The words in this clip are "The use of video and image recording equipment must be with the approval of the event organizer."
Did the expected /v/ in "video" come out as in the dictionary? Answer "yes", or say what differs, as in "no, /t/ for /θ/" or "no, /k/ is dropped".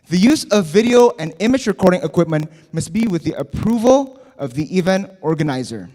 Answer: yes